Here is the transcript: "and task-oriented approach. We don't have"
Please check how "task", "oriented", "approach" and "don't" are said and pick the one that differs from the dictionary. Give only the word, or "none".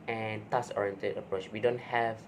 task